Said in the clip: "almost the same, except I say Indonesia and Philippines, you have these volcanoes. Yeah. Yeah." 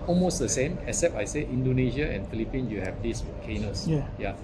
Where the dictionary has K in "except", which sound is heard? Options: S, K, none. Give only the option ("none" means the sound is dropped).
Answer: none